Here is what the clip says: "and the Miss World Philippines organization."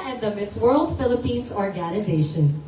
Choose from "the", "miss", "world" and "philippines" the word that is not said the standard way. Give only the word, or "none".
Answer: none